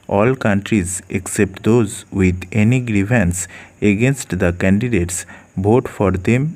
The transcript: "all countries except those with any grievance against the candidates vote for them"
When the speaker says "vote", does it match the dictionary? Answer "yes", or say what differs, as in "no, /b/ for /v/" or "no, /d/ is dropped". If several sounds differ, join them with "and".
no, /b/ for /v/